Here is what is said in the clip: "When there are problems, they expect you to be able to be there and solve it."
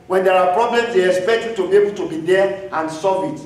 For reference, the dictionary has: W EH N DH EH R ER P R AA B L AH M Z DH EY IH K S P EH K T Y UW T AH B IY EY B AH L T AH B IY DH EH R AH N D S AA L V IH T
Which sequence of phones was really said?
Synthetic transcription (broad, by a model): W EH N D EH R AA P R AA B L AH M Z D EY IH K S P EH K T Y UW T AH B IY EY B AH L T AH B IY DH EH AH N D S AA V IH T